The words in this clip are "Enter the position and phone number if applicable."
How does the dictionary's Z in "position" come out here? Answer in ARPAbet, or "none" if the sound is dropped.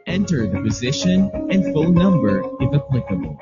Z